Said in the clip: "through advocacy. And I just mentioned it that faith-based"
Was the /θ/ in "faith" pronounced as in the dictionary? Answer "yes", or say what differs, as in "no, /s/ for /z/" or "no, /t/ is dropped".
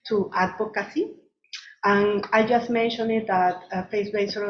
no, /s/ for /θ/